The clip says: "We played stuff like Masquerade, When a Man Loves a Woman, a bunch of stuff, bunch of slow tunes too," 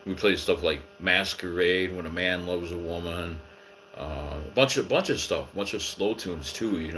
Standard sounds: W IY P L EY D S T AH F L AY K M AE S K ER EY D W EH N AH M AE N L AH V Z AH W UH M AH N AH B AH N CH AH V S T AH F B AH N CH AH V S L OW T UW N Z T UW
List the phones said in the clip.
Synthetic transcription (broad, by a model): W IY P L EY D S T AH F L AY K M AE S K ER EY D W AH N AH M AE N L AH V Z AH W UH M AH N AH B AH N CH AH V S T AH F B AH N CH AH V S L OW T UW N Z T UW